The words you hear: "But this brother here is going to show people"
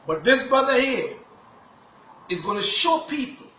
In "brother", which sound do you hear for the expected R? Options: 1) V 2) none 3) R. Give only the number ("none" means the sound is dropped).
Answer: 2